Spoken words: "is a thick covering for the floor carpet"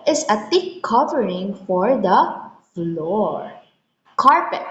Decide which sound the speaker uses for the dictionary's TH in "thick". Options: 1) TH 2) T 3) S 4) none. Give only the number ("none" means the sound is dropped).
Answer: 2